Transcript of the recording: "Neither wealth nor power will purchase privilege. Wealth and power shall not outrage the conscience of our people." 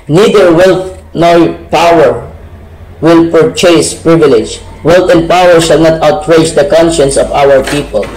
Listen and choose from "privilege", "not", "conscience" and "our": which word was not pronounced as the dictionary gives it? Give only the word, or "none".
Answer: none